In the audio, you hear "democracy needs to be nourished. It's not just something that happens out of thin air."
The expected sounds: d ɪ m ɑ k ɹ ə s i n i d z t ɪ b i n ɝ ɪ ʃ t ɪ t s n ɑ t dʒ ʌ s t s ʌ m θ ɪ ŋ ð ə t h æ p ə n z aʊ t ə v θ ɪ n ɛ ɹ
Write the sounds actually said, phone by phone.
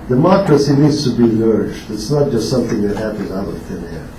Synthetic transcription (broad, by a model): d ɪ m ɑ k ɹ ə s i n i d z t ɪ b i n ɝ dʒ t ɪ t s n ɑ t dʒ ʌ s t s ʌ m θ ɪ ŋ ð ə t h æ p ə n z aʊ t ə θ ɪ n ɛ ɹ